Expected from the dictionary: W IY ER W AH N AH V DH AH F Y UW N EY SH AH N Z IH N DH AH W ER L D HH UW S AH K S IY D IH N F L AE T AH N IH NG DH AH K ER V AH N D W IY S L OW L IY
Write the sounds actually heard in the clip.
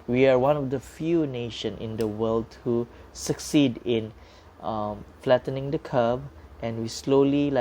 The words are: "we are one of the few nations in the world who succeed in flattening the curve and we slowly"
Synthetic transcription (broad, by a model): W IY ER W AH N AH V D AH F Y UW N EY SH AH N IH N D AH W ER L D HH UW S AH K S IY D IH N F L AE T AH N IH NG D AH K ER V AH N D W IY S L OW L IY